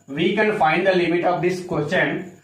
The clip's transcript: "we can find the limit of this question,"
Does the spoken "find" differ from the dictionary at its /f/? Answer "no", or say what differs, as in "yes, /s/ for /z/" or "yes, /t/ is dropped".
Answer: no